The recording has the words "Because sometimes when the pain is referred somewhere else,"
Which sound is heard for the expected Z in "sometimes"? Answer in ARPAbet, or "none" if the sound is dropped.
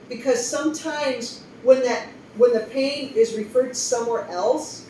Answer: Z